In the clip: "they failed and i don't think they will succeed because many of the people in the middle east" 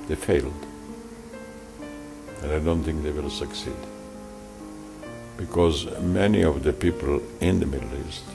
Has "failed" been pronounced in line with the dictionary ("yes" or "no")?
yes